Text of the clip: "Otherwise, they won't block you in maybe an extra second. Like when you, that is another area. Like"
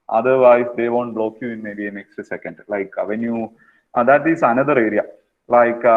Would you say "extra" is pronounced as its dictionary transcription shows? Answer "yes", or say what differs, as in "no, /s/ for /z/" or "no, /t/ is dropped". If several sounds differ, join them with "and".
no, /ɹ/ is dropped